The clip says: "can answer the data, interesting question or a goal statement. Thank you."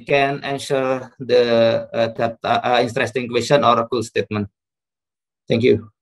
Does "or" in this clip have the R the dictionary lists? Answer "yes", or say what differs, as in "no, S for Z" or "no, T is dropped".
yes